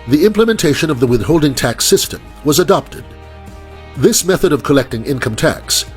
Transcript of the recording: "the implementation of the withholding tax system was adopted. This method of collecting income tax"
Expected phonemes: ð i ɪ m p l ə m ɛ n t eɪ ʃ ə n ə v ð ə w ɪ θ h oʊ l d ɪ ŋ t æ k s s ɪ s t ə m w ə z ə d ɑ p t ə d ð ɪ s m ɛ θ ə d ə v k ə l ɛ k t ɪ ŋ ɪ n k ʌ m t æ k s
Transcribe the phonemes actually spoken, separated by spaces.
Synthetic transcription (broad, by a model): ð i ɪ m p l ə m ɛ n t eɪ ʃ ə n ə v ð ə w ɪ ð h oʊ l d ɪ ŋ t æ k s s ɪ s t ə m w ə z ə d ɑ p t ə d ð ɪ s m ɛ θ ə d ə v k ə l ɛ k t ɪ ŋ ɪ n k ʌ m t æ k s